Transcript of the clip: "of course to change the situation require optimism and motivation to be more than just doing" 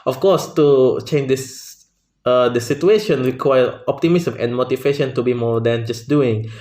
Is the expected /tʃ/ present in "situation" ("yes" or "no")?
no